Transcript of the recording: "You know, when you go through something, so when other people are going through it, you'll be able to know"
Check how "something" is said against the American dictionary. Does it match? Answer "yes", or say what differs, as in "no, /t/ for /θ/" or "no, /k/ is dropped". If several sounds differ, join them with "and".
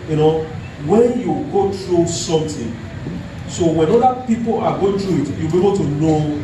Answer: no, /t/ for /θ/